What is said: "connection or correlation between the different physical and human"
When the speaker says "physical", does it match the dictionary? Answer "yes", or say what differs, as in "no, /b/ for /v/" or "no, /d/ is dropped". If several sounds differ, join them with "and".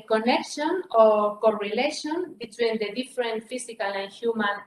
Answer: no, /s/ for /z/